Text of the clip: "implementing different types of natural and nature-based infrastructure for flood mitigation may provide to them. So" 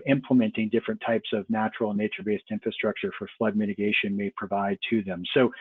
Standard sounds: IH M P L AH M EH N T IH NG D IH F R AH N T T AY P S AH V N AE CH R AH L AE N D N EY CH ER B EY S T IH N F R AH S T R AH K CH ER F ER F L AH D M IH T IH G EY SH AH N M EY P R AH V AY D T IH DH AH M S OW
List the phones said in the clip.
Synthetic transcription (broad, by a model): IH M P L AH M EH N T IH NG D IH F R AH N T T AY P S AH V N AE CH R L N N EY CH ER B EY S T IH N F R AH S T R AH K CH ER F ER F L AH D M IH T IH G EY SH AH N M EY P R AH V AY D T IH DH AH M S OW